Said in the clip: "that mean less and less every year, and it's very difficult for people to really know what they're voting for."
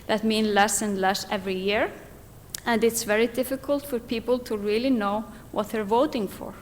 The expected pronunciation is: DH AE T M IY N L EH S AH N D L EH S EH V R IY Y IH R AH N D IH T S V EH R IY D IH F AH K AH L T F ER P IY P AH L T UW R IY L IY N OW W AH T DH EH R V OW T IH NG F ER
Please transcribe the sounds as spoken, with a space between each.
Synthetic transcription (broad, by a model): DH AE T M IY N L EH S AH N D L EH S EH V R IY Y IH R AH N D IH T S V EH R IY D IH F AH K AH L T F ER P IY P AH L T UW R IY L IY N OW W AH T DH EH R V OW T IH NG F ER